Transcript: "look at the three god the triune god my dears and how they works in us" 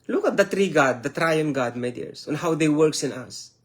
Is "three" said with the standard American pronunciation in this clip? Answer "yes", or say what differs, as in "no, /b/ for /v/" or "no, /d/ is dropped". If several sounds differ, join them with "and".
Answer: no, /t/ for /θ/